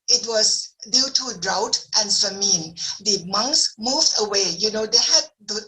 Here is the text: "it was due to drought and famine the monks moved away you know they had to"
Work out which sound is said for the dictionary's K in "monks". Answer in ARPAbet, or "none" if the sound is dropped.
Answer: K